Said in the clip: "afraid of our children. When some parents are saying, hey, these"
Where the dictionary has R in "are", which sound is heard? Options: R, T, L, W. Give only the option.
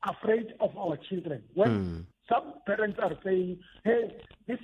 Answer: R